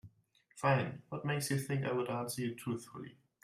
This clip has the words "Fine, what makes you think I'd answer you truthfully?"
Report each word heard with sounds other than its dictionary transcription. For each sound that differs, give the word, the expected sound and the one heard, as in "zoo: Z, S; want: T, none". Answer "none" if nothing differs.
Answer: none